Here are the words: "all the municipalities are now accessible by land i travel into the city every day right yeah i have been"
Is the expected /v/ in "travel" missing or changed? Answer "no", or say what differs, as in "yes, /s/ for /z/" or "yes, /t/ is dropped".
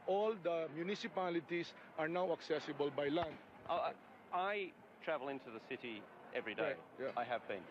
no